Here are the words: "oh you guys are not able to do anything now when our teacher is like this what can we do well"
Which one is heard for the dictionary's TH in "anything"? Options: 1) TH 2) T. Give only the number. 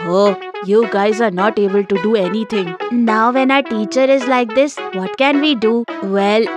2